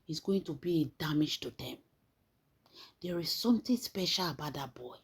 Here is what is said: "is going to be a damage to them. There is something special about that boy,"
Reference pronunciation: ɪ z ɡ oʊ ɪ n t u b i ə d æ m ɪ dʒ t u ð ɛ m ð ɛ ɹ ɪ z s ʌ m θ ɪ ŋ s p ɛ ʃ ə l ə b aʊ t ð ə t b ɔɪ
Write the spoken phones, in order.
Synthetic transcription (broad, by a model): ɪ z ɡ oʊ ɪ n t u b i ə d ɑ m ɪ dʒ t u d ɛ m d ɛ ɹ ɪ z s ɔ m t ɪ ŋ s p ɛ ʃ ə l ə b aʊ t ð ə t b ɔɪ